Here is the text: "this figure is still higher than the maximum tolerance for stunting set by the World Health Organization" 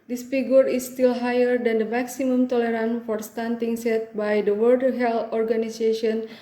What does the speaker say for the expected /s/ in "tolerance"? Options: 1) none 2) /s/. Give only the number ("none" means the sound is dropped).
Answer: 1